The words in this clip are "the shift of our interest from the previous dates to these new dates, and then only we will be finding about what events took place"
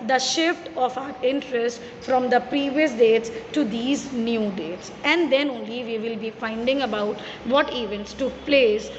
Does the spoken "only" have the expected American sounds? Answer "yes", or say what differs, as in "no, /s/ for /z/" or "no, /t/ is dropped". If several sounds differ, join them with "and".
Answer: yes